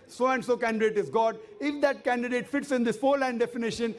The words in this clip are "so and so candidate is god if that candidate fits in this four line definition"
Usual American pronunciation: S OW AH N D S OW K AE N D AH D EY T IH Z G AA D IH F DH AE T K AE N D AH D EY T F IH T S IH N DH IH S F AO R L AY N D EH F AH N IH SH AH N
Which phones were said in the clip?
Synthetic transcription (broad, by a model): S OW AH N D S OW K AE N D AH D EY T IH Z G AA D IH F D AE T K AE N D AH D EY T F IH T S IH N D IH S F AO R L AY N D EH F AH N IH SH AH N